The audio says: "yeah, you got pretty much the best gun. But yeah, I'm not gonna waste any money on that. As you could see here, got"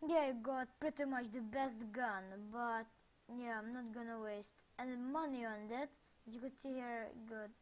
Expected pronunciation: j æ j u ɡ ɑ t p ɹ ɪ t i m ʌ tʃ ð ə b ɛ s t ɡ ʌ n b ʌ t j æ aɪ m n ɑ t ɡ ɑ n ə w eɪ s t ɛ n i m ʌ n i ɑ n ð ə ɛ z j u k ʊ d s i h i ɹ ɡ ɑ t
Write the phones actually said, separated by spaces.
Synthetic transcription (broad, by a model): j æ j ɡ ɑ t p ɹ ɪ t i m ʌ tʃ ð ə b ɛ s t ɡ ʌ n b ʌ t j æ aɪ m n ɑ t ɡ ɑ n ə w eɪ s t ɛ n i m ʌ n i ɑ n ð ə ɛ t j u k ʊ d s i h i ɹ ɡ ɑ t